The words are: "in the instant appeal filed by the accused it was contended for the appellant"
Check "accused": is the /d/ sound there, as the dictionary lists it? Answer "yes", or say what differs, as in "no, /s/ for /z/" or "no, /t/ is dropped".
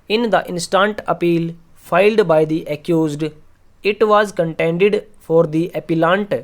yes